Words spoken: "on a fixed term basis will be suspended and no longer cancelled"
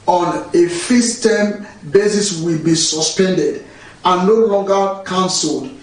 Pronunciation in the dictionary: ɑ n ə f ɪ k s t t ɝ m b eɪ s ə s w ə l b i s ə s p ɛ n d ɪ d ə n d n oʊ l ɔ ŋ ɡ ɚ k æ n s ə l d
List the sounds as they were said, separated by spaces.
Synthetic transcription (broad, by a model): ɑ n ə f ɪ s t t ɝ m b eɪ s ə s w ə l b i s ə s p ɛ n d ɪ d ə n n oʊ l ɔ ŋ ɡ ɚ k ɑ n s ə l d